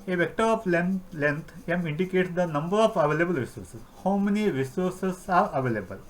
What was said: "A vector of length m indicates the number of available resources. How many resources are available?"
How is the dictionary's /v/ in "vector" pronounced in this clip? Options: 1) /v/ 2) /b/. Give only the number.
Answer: 1